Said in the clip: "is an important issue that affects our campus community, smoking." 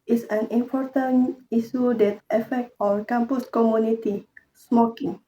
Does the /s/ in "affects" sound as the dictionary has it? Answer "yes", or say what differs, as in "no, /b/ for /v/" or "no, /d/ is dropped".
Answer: no, /s/ is dropped